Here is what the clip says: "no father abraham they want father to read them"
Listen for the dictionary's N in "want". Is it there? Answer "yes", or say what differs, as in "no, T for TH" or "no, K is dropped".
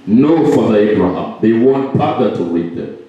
yes